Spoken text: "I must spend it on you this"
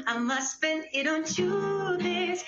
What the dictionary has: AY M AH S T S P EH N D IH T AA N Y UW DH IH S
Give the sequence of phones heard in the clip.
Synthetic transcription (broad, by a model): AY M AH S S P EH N IH T AA N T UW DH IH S